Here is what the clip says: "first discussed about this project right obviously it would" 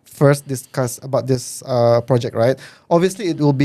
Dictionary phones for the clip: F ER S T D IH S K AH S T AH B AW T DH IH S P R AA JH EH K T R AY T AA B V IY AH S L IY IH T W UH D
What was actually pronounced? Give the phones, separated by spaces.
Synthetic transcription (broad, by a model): F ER S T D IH S K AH S AH B AW T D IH S P R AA JH EH K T R AY T AA B V IY AH S L IY IH T W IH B